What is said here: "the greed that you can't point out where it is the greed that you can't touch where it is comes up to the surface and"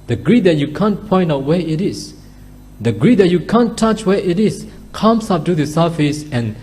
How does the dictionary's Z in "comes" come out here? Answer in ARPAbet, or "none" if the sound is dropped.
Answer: S